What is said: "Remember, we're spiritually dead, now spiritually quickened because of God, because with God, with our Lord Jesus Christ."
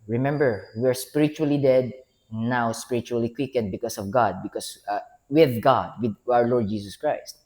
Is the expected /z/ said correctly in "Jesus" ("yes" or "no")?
no